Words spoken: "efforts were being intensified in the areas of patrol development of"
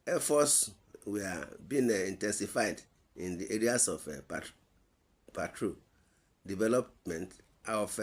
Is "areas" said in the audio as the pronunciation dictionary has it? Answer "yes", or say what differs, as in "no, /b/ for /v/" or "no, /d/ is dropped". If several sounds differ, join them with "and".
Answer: no, /s/ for /z/